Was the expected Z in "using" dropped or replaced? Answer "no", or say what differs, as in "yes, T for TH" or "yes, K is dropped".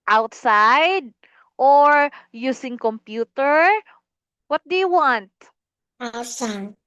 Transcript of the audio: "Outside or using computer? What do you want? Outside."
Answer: yes, S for Z